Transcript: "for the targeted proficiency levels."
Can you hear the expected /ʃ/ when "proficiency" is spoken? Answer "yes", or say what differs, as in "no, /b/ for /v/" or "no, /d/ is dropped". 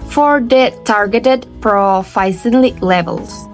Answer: no, /s/ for /ʃ/